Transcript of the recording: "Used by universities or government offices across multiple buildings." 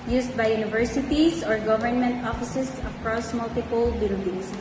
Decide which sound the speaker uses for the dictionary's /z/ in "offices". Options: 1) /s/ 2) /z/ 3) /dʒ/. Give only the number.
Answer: 1